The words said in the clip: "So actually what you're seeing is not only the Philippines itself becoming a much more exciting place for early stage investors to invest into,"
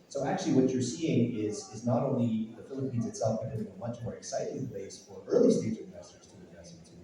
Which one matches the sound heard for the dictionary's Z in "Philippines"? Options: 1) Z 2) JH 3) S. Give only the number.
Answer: 1